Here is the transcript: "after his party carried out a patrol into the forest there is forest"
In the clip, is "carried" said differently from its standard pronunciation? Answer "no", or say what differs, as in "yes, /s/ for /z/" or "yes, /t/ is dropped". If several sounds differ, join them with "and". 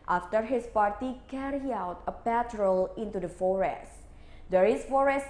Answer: yes, /d/ is dropped